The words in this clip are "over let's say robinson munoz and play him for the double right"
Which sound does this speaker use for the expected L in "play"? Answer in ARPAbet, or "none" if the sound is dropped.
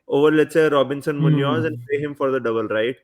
none